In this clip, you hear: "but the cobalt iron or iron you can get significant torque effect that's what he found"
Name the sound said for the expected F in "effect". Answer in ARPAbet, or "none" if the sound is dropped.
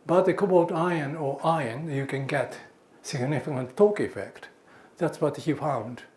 F